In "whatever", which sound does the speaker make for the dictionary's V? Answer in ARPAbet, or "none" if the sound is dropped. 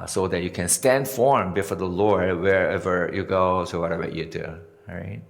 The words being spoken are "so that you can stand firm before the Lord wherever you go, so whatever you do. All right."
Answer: B